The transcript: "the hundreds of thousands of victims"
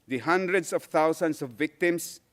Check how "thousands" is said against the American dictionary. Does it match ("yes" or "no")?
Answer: no